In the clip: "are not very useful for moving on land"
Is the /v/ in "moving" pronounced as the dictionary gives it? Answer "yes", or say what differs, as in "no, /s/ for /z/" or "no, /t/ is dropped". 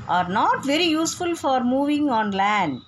yes